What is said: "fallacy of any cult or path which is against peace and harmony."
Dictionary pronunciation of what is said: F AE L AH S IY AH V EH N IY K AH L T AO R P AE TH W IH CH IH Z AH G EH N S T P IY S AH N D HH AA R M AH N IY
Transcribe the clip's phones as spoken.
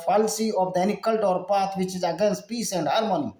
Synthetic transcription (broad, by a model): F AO L S IY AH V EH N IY K AH L T AO R P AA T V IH CH IH Z AH G EH N S T P IY S AH N D HH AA R M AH N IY